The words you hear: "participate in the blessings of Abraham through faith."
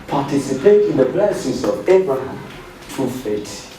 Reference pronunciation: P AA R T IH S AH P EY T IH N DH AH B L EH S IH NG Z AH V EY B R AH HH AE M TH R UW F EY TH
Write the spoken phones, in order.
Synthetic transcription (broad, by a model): P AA T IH S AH P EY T IH N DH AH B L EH S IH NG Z AH V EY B R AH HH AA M T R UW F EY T